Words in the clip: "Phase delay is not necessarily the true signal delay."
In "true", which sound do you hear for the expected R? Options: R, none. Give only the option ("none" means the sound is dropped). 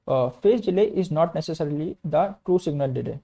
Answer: R